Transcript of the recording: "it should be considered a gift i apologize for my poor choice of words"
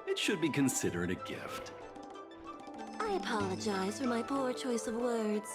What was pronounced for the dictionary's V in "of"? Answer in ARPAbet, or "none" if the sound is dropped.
V